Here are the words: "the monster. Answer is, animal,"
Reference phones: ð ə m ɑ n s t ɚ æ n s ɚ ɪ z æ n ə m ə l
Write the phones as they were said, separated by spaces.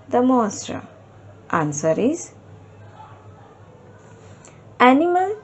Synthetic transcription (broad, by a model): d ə m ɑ s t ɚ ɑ n s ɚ ɪ z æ n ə m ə l